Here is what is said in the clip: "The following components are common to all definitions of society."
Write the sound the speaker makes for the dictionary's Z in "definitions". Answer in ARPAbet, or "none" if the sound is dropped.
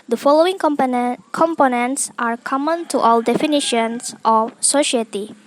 S